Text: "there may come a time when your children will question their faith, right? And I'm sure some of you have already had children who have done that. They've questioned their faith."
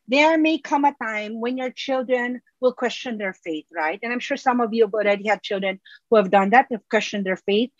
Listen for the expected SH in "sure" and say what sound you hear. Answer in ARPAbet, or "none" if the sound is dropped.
SH